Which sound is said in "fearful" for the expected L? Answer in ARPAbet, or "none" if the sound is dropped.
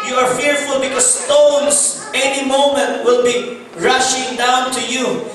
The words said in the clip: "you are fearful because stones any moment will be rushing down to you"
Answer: L